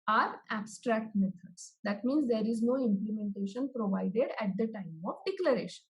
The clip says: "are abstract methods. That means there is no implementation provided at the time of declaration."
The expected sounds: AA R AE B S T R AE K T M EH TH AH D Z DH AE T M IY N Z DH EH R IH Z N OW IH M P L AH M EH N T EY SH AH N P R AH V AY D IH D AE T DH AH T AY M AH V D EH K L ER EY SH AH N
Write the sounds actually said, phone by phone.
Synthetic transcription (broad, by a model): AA R AE B S T R AE K T M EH T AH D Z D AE T M IY N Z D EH R IH Z N OW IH M P L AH M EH N T EY SH AH N P R AH V AY D IH D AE T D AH T AY M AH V D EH K L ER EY SH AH N